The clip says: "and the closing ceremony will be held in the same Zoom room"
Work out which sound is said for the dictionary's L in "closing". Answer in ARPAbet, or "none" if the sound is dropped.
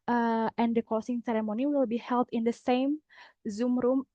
none